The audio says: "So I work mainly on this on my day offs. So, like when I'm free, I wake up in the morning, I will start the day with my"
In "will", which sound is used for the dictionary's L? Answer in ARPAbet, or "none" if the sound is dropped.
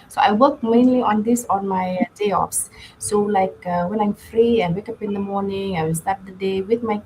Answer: L